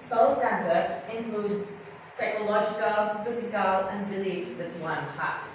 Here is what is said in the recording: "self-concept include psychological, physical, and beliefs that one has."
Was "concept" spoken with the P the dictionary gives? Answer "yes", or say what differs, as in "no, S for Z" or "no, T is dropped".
no, P is dropped